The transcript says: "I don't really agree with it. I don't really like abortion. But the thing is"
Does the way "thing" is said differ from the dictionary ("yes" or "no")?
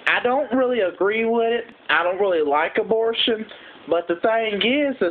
yes